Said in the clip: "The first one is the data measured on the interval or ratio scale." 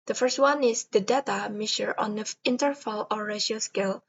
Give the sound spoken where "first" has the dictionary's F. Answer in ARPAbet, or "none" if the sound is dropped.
F